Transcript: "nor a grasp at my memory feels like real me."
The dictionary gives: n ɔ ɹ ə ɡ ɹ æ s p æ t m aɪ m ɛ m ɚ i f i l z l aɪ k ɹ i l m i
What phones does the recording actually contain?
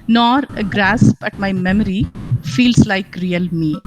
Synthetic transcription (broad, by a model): n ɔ ɹ ə ɡ ɹ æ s b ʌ t m aɪ m ɛ m ɚ i f i l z l aɪ k ɹ i l m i